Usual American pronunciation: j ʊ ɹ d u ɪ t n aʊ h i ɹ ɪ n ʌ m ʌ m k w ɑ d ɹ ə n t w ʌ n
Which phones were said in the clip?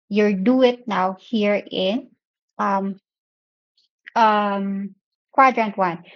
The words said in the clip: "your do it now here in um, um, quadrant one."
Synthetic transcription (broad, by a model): j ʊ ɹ d u ɪ t n aʊ h i ɹ ɪ n ʌ m ʌ m k w ɑ d ɹ ə n t w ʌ n